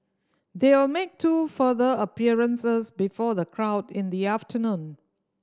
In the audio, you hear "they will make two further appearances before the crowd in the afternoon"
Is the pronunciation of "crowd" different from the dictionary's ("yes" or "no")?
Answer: no